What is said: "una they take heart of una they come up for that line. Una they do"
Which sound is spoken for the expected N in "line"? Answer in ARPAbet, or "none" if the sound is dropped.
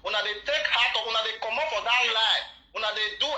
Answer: none